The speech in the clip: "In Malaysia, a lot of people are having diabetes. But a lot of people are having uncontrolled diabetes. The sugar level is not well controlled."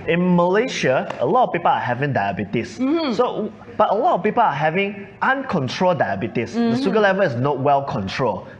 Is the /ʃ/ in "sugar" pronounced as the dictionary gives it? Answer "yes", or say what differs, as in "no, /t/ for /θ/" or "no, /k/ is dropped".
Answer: no, /s/ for /ʃ/